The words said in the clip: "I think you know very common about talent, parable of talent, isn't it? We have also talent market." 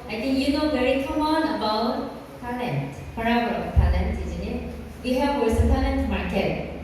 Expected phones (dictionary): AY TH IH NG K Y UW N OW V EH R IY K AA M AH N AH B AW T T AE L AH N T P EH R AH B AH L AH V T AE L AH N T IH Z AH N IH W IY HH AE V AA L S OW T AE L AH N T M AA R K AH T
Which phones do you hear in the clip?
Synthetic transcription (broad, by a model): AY T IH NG Y UW N OW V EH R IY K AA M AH N AH B AW T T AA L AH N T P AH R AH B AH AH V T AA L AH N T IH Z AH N IH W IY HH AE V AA S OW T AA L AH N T M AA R K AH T